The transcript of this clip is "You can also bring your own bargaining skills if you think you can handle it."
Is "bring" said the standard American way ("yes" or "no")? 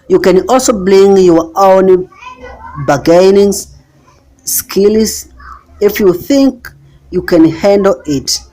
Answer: no